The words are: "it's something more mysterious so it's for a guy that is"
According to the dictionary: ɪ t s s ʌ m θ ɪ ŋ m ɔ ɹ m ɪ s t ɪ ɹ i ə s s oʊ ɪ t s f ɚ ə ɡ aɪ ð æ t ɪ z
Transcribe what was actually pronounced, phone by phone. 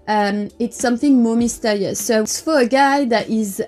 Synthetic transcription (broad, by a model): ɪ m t s ʌ m θ ɪ ŋ m ɔ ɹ m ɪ s t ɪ ɹ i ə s s oʊ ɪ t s f ɚ ə ɡ aɪ ð æ t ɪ z